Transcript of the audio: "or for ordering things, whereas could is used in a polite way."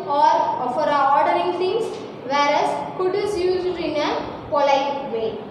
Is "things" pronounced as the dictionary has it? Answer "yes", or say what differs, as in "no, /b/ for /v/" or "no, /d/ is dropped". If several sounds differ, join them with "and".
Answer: no, /t/ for /θ/